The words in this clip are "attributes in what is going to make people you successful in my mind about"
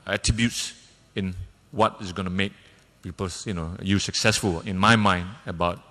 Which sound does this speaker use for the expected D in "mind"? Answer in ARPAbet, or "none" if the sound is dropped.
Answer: D